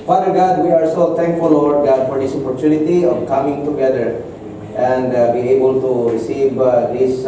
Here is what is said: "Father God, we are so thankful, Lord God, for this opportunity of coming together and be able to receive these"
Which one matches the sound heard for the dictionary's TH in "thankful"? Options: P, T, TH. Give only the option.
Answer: T